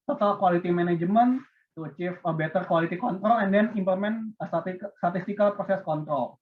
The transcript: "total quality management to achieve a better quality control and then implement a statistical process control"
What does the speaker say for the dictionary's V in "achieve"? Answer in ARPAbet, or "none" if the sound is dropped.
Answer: F